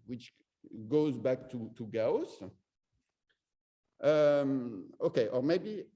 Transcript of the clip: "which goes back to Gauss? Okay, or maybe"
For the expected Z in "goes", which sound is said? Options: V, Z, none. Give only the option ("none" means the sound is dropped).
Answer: Z